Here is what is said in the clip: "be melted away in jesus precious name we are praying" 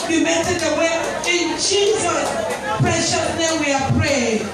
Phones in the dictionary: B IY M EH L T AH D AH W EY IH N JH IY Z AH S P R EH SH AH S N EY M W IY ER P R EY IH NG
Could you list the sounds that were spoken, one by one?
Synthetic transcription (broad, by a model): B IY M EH T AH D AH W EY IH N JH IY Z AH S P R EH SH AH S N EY W IY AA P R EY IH